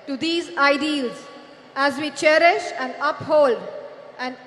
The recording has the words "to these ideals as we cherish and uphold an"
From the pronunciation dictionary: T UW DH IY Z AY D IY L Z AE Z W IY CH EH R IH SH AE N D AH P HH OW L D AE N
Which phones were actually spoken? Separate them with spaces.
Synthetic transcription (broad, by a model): T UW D IY Z AY D IY L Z AE Z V IY CH EH R IH SH AE N D AH P HH OW L D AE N